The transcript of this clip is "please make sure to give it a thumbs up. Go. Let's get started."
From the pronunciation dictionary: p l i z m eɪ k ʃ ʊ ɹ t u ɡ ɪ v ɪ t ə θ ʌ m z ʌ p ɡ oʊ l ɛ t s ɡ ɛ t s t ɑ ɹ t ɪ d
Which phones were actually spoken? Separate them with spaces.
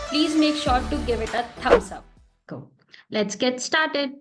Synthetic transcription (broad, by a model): p l i z m eɪ k ʃ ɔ t u ɡ ɪ v ɪ t ə t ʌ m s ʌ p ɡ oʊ l ɛ t s ɡ ɛ t s t ɑ ɹ t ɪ d